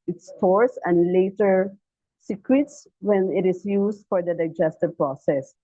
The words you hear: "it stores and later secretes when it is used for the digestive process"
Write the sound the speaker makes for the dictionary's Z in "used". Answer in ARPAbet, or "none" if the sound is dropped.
S